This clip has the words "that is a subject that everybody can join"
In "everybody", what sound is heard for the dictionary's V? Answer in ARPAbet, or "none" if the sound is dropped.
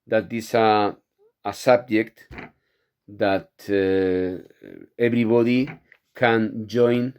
B